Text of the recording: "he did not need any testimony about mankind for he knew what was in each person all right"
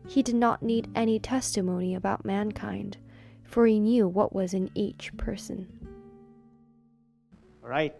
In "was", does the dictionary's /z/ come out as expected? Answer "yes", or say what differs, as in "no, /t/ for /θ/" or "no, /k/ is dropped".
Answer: yes